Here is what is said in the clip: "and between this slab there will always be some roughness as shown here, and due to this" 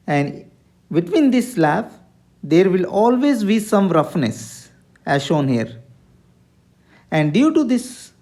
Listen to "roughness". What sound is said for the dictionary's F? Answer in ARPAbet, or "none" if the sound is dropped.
F